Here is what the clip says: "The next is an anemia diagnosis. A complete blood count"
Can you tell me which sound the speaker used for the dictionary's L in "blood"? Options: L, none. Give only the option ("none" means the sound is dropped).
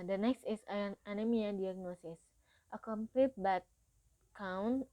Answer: none